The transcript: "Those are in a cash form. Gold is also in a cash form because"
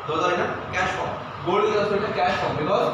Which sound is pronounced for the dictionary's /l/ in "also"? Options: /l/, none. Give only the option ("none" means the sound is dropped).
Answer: none